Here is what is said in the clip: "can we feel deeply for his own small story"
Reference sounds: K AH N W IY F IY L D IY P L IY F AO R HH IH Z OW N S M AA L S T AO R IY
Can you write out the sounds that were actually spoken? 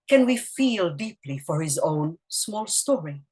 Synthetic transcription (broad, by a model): K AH N W IY F IY L D IY P L IY F AO R HH IH Z OW N S M AA L S T AO R IY